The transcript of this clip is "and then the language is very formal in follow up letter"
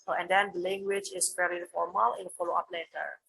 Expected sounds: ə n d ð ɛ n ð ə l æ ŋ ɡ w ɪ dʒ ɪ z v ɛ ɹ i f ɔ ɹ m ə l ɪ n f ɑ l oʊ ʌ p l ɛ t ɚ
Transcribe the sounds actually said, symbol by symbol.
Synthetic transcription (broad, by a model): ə n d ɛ n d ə l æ ŋ ɡ w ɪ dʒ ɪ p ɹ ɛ l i f ɔ ɹ m ə l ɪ n f ɑ l oʊ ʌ p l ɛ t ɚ